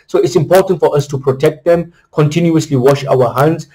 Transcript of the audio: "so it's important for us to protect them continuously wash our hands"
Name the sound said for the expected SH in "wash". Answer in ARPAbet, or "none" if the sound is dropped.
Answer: SH